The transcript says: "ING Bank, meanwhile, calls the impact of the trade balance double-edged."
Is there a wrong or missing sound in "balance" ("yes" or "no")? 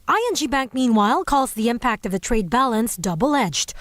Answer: no